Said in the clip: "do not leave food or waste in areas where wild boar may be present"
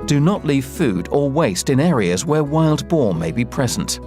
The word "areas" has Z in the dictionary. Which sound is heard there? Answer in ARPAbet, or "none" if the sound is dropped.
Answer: Z